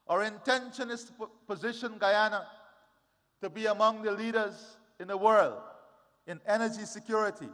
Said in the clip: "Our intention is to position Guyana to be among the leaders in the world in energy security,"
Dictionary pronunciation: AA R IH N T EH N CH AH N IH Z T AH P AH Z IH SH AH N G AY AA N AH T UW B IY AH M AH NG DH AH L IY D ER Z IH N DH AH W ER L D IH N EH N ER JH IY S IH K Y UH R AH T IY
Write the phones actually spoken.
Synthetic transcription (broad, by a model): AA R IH N T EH N SH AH N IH S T P AH Z IH SH AH N G AY AA N AH T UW B IY AH M AH NG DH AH L IY D ER Z IH N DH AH W ER L D IH N EH N ER JH IY S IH K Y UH R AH T IY